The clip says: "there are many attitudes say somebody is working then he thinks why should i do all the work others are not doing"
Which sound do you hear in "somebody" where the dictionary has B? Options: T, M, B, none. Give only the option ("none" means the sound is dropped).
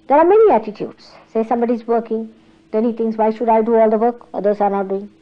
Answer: B